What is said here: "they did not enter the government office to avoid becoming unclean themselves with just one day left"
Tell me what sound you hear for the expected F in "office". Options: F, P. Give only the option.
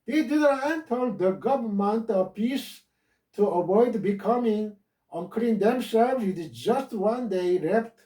P